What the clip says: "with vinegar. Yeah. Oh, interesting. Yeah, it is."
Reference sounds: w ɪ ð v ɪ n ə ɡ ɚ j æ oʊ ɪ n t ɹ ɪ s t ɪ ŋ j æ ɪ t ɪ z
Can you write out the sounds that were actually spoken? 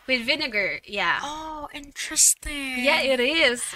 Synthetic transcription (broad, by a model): w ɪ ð v ɪ n ə ɡ ɚ j æ oʊ ɪ n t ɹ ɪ s t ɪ ŋ j æ ɪ t ɪ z